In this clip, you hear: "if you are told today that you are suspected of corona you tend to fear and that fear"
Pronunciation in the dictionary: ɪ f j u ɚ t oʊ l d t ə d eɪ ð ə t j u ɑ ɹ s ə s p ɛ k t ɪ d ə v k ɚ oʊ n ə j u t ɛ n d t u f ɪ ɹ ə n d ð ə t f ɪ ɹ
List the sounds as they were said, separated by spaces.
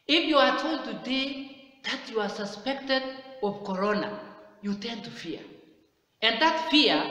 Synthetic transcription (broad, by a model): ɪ f j u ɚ t oʊ l d t ə d eɪ ð ə t j u ɑ ɹ s ə s p ɛ k t ɪ d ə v k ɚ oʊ n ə j u t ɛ n t u f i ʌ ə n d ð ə t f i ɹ